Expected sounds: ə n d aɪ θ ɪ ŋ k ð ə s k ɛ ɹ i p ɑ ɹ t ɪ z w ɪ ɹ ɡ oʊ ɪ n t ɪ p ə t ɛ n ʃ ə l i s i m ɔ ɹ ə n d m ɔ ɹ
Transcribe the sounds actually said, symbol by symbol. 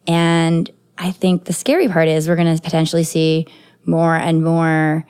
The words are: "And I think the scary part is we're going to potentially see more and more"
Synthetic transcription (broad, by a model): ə n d aɪ θ ɪ ŋ k ð ə s k ɛ ɹ i p ɑ ɹ t ɪ z w ɪ ɹ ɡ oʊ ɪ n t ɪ p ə t ɛ n ʃ l i s i m ɔ ɹ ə n m ɔ ɹ